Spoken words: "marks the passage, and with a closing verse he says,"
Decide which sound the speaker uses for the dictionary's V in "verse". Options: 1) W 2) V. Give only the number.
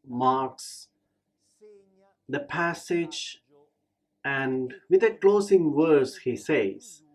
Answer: 1